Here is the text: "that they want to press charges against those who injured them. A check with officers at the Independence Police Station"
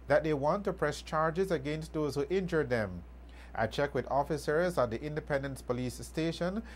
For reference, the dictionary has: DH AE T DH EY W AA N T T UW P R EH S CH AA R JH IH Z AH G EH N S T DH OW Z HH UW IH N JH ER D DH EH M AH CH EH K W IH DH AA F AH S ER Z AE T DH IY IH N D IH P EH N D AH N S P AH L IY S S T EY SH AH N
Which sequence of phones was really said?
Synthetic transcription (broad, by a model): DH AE T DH EY W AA N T T UW P R EH S CH AA R JH IH Z AH G EH N S T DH OW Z HH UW IH N JH ER D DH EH M AH CH EH K W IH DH AA F AH S ER Z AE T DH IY IH N D IH P EH N D AH N S P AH L IY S S T EY SH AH N